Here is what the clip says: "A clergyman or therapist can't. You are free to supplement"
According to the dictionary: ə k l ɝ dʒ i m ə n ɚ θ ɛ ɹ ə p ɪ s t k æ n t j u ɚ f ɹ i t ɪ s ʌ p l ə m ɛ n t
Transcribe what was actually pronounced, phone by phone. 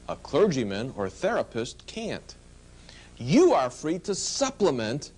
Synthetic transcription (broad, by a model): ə k l ɝ dʒ i m ə n ɚ θ ɛ ɹ ə p ɪ s t k æ n t j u ɚ f ɹ i t ɪ s ʌ p l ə m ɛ n t